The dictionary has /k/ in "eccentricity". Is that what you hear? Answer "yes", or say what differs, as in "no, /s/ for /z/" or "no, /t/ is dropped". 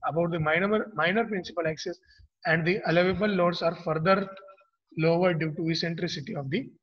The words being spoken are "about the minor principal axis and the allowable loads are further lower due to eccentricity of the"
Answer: no, /k/ is dropped